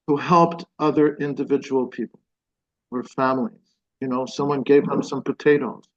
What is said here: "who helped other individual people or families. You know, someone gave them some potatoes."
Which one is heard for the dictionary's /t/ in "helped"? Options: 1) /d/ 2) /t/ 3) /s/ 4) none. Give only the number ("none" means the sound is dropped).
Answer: 2